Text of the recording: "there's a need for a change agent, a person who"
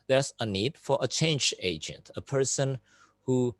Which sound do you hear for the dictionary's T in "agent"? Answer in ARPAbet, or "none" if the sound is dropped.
T